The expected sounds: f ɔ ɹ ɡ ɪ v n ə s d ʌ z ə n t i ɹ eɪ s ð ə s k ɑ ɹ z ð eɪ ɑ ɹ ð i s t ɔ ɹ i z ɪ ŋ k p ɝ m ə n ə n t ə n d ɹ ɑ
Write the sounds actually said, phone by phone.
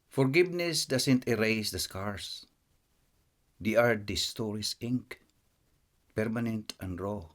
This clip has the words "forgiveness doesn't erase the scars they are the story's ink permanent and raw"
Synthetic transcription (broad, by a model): f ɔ ɹ ɡ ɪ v n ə s d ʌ s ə n t i ɹ eɪ s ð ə s k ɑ ɹ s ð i ɑ ɹ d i s t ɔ ɹ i s ɪ ŋ k p ɝ m ə n ə n t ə n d ɹ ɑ